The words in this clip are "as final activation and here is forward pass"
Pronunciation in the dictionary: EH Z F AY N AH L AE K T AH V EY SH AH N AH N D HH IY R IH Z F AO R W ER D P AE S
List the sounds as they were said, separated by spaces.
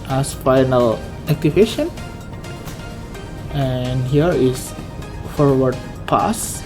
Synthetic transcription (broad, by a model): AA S F AY N AH L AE K T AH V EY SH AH N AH N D HH IY R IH S F AO R W ER D P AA S